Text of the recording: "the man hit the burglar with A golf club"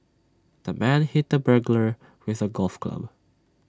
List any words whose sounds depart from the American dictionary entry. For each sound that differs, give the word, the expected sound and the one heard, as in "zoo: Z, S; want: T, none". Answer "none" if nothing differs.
none